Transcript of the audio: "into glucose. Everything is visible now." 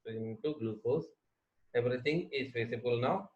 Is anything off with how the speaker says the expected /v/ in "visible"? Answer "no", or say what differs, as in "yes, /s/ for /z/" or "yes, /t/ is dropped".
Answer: yes, /f/ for /v/